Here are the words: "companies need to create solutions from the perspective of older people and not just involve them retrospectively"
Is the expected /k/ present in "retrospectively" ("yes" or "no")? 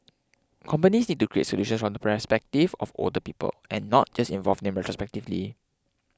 yes